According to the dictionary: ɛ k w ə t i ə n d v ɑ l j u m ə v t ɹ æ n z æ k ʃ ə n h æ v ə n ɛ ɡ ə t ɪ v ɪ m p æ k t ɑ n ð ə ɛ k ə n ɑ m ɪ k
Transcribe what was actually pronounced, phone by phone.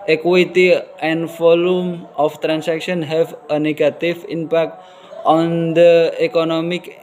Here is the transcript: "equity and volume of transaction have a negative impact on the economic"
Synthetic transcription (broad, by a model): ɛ k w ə t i ə n d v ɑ l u m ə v t ɹ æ n s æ k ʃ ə n h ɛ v ə n ɛ ɡ ə t ɪ v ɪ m p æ k t ɑ n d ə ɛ k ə n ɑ m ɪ k